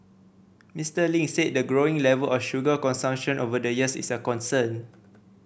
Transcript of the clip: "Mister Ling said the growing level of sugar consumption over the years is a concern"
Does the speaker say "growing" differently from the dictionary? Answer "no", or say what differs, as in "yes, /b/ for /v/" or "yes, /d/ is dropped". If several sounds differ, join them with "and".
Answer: no